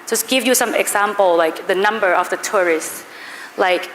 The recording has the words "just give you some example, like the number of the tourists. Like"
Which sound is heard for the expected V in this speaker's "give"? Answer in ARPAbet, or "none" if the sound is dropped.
V